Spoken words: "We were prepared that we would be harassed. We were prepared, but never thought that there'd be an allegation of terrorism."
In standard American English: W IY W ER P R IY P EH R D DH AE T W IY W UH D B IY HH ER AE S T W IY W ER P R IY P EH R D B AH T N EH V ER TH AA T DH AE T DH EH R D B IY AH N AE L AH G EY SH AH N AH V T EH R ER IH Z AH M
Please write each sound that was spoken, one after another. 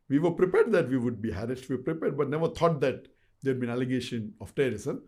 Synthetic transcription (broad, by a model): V IY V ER P R IY P EH R D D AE T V IY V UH D B IY HH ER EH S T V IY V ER P R IY P EH R D B AH T N EH V ER T AA T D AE T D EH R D B IY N AE L AH G EY SH AH N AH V T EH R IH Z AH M